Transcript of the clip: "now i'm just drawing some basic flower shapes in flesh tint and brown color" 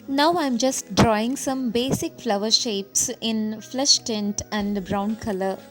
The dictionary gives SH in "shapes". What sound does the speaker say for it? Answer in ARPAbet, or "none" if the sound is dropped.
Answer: SH